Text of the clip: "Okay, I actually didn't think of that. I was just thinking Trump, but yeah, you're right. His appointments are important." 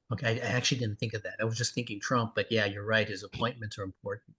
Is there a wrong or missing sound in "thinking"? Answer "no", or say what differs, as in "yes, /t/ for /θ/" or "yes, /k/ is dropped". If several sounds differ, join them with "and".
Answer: no